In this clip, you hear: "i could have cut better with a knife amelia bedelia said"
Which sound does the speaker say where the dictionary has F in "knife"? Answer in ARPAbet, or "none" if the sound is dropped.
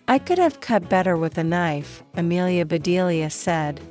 F